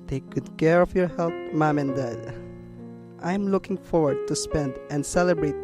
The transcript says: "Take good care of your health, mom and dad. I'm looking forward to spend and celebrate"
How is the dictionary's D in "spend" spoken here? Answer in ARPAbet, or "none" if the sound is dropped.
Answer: D